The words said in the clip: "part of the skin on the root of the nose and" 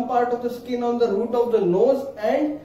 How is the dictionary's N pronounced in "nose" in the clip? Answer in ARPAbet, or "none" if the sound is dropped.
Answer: L